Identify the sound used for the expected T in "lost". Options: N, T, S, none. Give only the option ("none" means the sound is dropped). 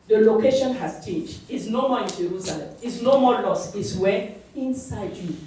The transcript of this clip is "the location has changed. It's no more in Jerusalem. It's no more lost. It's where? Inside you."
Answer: none